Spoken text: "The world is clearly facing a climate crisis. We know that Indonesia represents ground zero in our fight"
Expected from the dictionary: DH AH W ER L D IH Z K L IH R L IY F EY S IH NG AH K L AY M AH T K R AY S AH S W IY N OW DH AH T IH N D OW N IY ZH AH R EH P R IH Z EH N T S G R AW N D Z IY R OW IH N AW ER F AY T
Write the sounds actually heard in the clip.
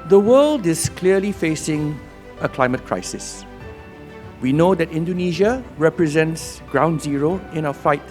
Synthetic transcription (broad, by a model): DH AH W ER L D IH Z K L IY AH L IY F EY S IH NG AH K L AY M AH T K R AY S AH S W IY N OW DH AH T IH N D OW N IY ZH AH R EH P R IH Z EH N T S G R AW N D Z IY R OW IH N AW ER F AY T